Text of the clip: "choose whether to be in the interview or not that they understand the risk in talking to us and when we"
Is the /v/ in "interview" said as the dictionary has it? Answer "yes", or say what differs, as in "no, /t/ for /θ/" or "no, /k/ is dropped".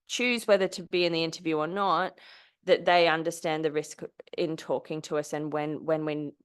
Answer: yes